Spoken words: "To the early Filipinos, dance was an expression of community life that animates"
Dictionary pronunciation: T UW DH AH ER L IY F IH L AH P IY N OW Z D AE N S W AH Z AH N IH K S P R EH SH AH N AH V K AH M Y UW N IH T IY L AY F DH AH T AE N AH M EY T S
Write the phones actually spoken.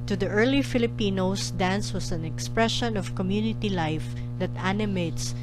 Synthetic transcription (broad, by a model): T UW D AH ER L IY F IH L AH P IY N OW S D AE N S W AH S AH N IH K S P R EH SH AH N AH V K AH M Y UW N IH T IY L AY F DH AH T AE N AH M EY T S